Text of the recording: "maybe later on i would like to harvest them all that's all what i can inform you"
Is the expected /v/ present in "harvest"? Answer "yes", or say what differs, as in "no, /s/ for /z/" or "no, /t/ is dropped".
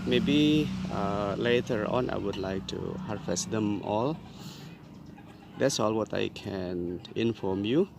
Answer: no, /f/ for /v/